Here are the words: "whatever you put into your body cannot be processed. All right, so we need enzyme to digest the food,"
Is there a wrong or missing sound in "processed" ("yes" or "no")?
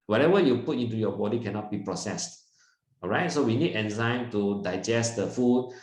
no